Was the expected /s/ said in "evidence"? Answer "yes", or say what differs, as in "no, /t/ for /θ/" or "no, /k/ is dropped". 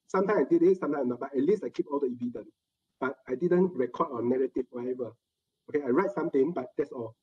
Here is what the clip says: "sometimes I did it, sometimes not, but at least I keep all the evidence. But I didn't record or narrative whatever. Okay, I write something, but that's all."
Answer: no, /s/ is dropped